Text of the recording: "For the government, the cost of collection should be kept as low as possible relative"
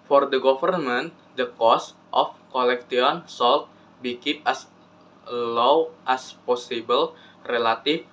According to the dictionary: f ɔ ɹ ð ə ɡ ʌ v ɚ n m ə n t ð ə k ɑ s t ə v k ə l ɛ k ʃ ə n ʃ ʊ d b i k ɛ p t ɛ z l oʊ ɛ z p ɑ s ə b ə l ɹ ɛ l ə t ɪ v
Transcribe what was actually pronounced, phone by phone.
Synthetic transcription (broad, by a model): f ɔ ɹ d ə ɡ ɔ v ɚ n m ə n t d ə k ɑ s t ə f k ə l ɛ k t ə n s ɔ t b i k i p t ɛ s l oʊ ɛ s p ɑ s ə b ə l ɹ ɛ l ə t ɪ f